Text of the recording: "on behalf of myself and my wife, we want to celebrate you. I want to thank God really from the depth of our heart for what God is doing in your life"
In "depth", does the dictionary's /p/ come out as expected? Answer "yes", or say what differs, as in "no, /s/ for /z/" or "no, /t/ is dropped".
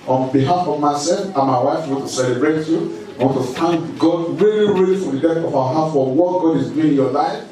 no, /p/ is dropped